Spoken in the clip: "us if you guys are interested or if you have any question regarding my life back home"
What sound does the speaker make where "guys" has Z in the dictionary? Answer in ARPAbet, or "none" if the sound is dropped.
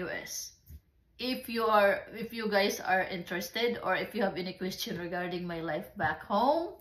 S